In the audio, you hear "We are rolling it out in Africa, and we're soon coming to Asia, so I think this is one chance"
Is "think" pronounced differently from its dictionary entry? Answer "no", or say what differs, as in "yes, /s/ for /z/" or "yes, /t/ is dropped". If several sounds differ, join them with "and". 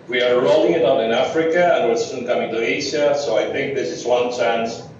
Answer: no